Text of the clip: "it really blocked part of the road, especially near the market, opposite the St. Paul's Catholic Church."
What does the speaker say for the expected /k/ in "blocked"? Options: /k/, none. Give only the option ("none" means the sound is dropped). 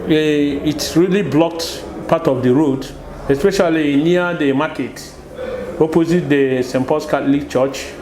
/k/